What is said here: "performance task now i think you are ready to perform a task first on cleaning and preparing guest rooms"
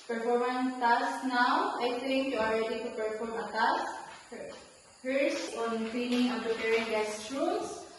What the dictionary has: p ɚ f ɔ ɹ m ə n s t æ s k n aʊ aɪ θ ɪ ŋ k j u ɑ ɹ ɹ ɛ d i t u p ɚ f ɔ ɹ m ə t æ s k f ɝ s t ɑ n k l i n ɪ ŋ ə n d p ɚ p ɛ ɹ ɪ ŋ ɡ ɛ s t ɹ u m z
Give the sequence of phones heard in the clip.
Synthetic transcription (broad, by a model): p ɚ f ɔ ɹ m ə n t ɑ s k n aʊ aɪ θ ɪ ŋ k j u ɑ l ɹ ɛ d i t u p ɚ f ɔ ɹ m ə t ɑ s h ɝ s ɑ n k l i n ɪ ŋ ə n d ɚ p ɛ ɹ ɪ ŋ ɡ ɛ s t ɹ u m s